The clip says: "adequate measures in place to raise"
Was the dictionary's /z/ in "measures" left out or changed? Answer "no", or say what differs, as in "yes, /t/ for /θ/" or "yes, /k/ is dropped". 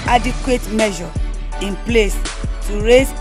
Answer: yes, /z/ is dropped